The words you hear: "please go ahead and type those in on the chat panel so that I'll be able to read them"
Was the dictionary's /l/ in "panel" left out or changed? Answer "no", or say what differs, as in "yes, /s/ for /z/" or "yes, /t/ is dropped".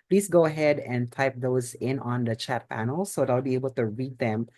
no